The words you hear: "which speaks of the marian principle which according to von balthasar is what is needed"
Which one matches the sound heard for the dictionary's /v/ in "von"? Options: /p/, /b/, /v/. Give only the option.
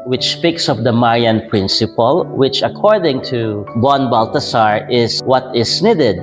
/b/